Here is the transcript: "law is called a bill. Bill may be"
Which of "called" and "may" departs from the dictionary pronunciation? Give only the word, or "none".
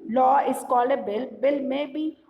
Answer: called